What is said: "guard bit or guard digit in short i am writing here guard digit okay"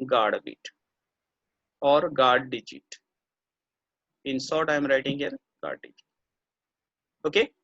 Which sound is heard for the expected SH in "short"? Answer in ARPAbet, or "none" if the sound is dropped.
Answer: S